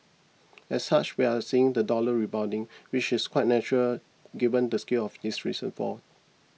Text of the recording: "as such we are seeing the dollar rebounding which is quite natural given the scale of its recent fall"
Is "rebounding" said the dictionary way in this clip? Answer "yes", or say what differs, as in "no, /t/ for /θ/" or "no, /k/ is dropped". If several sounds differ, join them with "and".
no, /n/ is dropped